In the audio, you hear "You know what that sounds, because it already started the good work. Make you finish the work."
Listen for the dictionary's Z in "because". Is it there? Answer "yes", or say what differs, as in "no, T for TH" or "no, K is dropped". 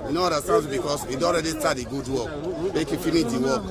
no, S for Z